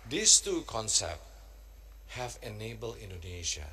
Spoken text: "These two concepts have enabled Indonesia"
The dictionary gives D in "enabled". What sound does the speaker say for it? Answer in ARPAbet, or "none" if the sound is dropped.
none